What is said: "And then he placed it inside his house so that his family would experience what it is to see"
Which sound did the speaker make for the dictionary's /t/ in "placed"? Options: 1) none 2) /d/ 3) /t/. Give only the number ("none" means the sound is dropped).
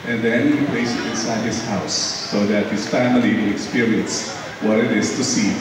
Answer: 1